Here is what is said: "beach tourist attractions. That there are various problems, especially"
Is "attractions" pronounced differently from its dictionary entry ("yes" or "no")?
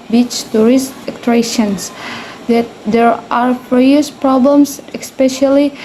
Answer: yes